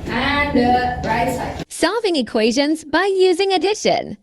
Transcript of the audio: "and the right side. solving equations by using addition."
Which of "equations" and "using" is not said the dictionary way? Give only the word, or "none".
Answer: none